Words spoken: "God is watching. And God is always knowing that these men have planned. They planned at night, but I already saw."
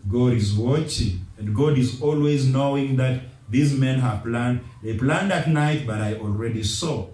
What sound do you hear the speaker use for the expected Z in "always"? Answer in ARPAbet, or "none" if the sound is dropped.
Z